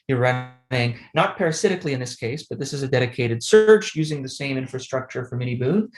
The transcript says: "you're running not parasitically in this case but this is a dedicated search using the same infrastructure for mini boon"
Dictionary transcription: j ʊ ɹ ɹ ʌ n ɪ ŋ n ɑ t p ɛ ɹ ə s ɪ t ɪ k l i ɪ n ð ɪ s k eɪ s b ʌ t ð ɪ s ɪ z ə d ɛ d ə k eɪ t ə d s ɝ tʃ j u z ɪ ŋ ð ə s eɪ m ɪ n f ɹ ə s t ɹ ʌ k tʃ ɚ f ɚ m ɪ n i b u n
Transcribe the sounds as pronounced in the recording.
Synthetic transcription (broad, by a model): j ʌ ɹ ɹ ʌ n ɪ ŋ n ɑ t p ɛ ɹ ə s ɪ t ɪ k l i ɪ n ð ɪ s k eɪ s b ʌ t ð ɪ s ɪ z ə d ɛ d ə k eɪ t ə d s ɝ tʃ j u z ɪ ŋ ð ə s eɪ m ɪ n f ɹ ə s t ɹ ʌ k tʃ ɚ f ɚ m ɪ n i b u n